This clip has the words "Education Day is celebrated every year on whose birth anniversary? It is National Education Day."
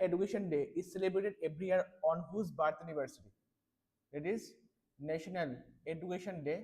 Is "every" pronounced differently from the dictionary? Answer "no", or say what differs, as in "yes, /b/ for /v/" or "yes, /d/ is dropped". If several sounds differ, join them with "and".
yes, /b/ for /v/